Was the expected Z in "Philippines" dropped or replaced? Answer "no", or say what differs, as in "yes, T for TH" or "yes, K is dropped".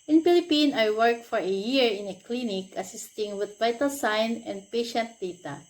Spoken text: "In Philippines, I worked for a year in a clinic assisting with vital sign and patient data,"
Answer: yes, Z is dropped